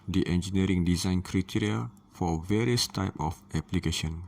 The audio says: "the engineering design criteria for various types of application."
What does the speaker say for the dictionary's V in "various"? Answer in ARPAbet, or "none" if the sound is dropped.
V